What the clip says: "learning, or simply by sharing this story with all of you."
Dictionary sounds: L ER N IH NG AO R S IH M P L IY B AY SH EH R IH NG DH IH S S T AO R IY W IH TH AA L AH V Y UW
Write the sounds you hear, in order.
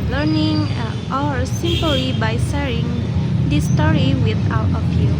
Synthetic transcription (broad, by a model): L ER N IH NG AO R S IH M P L IY B AY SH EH R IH NG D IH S S T AO R IY W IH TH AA W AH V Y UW